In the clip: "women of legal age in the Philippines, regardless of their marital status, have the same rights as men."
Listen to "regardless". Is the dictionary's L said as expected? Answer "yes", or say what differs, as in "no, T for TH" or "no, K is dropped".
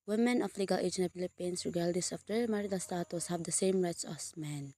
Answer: no, L is dropped